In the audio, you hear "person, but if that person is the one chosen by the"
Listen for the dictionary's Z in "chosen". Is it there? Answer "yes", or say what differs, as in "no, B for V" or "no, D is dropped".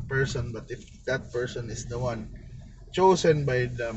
no, S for Z